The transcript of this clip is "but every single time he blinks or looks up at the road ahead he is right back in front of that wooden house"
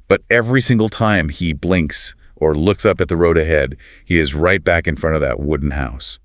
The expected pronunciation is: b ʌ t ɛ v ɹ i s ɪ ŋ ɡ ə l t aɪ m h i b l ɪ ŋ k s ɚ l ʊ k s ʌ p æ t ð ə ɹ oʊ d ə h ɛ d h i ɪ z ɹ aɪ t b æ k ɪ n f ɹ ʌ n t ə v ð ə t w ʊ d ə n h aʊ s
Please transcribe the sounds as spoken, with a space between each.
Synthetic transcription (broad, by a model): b ʌ t ɛ v ɹ i s ɪ ŋ ɡ l t aɪ m i b l ɪ ŋ k s ɚ l ʊ k s ʌ p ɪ t ð ə ɹ oʊ d ə h ɛ d h i ɪ z ɹ aɪ t b æ k ɪ n f ɹ ʌ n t ə v ð ə t w ʊ d n h aʊ s